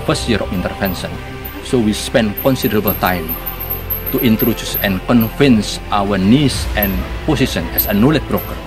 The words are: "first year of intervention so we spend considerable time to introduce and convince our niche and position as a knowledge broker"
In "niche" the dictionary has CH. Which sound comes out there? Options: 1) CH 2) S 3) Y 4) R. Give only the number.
2